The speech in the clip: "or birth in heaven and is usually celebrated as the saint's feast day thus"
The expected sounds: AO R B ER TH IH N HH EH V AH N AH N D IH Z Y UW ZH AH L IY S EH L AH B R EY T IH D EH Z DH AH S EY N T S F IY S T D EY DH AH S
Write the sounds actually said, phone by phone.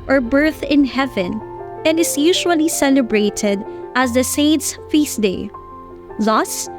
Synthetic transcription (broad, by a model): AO R B ER TH IH N HH EH V AH N AH N D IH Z Y UW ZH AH L IY S EH L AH B R EY T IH D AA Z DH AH S EY N T S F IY S D EY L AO S